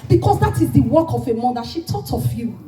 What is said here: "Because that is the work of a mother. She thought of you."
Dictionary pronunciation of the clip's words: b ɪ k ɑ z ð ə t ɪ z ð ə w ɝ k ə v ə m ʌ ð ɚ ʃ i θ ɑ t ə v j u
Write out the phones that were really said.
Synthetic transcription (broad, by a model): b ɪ k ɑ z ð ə t ɪ z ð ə w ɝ k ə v ə m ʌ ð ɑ ʃ i t ɑ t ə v j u